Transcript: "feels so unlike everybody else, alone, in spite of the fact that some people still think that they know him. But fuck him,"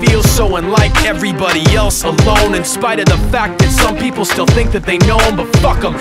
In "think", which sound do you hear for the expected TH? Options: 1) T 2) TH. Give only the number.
2